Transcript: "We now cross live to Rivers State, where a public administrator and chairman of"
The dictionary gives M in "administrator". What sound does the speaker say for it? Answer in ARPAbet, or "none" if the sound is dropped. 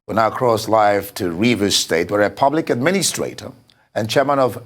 M